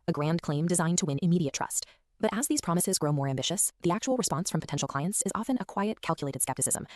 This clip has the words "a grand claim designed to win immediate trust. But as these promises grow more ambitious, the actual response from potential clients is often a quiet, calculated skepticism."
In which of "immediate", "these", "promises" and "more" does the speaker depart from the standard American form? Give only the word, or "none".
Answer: none